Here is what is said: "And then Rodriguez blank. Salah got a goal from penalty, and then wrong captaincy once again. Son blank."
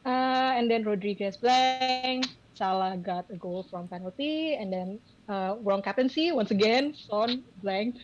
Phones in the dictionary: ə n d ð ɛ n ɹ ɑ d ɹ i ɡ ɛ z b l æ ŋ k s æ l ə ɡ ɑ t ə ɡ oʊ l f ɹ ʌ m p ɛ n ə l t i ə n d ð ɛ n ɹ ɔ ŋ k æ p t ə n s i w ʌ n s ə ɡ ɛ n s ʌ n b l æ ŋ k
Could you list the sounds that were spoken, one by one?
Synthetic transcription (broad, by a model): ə n d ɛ n ɹ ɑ d ɹ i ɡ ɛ s b l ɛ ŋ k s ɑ l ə ɡ ɑ t ə ɡ oʊ l f ɹ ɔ m p ɛ n ə l t i ə n d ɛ n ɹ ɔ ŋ k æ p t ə n s i w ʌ n s ə ɡ ɛ n s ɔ n b l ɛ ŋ k